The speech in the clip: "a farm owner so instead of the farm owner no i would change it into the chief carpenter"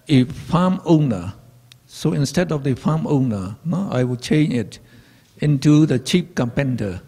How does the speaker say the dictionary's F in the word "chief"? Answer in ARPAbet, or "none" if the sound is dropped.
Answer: P